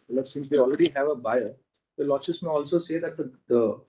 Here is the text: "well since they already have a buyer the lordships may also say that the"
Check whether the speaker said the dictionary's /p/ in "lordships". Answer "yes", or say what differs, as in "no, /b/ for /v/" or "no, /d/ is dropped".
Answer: no, /p/ is dropped